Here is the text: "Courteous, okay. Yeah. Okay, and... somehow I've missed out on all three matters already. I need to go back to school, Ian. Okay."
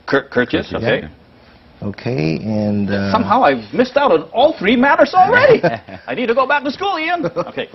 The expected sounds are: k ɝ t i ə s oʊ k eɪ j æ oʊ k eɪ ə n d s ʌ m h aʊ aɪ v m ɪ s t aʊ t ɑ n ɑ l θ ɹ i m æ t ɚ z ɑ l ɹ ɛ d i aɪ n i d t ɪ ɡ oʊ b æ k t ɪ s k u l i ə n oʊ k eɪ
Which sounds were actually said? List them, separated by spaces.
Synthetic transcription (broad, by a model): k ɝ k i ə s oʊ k eɪ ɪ oʊ k eɪ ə n s ʌ m h aʊ aɪ v m ɪ s t aʊ t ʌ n ɑ l θ ɹ i m æ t ɚ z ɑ l ɹ ɛ d i aɪ n i d t ɪ ɡ oʊ b æ k t ɪ s k u l i ə n oʊ k eɪ